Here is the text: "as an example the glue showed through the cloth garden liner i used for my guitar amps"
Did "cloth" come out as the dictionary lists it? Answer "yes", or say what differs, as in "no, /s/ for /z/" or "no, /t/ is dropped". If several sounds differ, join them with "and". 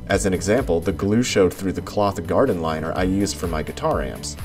yes